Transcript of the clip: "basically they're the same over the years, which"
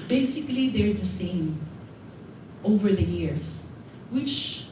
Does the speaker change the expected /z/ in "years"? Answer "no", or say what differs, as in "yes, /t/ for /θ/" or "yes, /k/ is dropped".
yes, /s/ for /z/